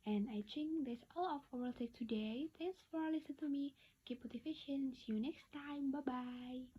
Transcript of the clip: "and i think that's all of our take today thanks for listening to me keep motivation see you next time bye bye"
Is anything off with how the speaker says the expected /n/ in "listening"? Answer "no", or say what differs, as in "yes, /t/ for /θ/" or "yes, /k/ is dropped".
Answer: yes, /n/ is dropped